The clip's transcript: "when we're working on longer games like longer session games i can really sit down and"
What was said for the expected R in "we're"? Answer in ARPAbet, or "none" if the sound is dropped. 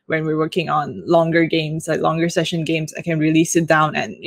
R